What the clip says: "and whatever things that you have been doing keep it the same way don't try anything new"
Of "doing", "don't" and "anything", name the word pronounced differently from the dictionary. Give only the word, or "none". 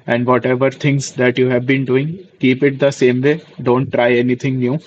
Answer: anything